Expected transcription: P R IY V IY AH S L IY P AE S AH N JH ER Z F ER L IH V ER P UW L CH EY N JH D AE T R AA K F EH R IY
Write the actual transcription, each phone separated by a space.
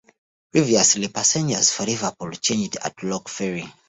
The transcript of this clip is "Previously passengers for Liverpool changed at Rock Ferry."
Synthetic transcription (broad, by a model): P R IY V IY AH S L IY P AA S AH N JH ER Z F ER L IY V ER P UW L CH EY N JH D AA T L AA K F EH R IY